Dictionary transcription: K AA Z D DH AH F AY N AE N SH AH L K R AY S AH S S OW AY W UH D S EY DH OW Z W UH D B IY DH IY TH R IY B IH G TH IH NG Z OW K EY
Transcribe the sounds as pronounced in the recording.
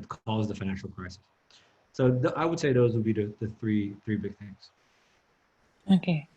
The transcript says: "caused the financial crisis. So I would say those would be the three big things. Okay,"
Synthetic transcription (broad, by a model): K AA Z DH AH F AY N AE N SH L K R AY S AH S S OW AY W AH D S EY DH OW Z W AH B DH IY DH IY TH R IY B IH G TH IH NG Z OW K EY